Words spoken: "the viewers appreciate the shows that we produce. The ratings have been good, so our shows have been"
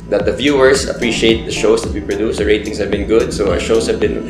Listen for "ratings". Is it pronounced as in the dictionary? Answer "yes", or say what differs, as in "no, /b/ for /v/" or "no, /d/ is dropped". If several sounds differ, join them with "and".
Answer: no, /s/ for /z/